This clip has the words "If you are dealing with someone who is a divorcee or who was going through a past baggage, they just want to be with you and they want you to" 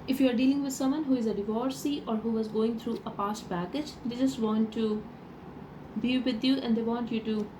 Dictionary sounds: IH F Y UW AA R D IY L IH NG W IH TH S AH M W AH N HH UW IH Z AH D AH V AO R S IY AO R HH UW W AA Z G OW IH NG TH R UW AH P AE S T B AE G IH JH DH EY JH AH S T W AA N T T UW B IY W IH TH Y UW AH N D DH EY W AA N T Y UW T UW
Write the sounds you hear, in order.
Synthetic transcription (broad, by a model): IH F Y UW AA R D IY L IH NG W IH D S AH M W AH N HH UW IH Z AH D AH V AO R S IY AO R HH UW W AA Z G OW IH NG T R UW AH P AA S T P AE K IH JH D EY JH AH S T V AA N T T UW B IY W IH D Y UW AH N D EY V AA N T Y UW T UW